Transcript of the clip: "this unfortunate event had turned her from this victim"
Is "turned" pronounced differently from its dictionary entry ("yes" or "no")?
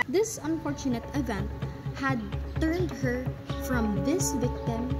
no